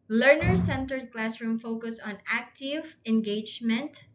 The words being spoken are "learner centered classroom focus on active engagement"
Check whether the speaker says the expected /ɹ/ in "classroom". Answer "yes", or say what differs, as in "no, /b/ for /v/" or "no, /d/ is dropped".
yes